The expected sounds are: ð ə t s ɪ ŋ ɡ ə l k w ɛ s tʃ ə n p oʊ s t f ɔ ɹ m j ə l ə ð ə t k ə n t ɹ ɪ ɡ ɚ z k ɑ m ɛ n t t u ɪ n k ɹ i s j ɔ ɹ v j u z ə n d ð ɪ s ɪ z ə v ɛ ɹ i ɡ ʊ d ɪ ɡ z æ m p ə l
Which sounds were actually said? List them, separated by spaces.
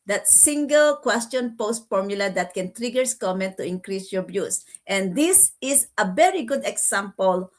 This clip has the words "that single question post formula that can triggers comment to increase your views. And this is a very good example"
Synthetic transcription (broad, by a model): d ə t s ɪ ŋ ɡ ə l k w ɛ s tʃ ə n p oʊ s t f ɔ ɹ m j ə l ə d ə t k ə n t ɹ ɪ ɡ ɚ s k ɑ m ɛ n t t u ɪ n k ɹ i s j ɔ ɹ b j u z ə n d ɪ s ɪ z ə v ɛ ɹ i ɡ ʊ d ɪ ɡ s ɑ m p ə l